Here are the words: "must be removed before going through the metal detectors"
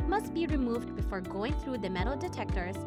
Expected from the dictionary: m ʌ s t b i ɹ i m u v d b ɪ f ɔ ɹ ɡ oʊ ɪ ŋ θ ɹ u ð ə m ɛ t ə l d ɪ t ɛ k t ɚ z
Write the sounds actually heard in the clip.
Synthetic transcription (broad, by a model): m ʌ s t b i ɹ i m u v d b ɪ f ɔ ɹ ɡ oʊ ɪ ŋ θ ɹ u ð ə m ɛ t l d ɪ t ɛ k t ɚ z